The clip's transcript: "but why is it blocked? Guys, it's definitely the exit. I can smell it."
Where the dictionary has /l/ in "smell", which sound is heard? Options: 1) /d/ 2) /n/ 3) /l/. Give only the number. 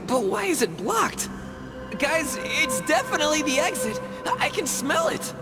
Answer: 3